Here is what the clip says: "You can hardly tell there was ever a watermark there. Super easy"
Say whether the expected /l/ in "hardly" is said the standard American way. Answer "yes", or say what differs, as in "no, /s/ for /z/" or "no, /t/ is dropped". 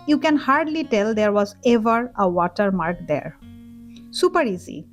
yes